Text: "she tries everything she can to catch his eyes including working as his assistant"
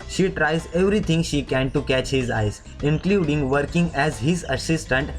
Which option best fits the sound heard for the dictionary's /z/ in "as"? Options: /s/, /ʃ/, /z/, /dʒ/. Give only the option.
/z/